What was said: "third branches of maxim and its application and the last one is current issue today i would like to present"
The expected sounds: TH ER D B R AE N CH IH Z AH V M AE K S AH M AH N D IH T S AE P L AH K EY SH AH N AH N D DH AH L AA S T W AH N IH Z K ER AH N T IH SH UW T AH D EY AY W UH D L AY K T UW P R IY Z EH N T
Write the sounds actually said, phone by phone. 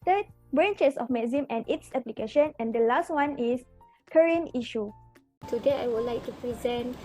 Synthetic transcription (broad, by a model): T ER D B R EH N CH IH S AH F M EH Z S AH M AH N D IH T S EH P L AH K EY SH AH N AH N D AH L AA S T W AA N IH S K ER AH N IY SH UW T AH D EY AY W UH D L AY K T UW P R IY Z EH N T